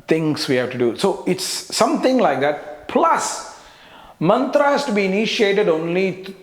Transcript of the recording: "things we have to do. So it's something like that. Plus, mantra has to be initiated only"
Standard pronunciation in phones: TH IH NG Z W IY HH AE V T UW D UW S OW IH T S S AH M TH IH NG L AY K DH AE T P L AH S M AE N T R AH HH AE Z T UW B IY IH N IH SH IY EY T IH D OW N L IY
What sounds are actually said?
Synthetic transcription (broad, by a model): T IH NG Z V IY HH AE V T UW D UW S OW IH T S S AH M T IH NG L AY K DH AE T P L AH S M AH N T R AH HH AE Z T UW B IY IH N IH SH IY EY T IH D OW N L IY